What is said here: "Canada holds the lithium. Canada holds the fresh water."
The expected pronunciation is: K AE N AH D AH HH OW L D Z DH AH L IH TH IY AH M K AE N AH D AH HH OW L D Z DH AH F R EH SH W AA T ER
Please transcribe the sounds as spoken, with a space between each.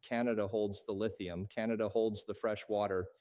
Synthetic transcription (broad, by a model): K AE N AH D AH HH OW L D Z DH AH L IH TH IY AH M K AE N AH D AH HH OW L D Z DH AH F R EH SH W AA T ER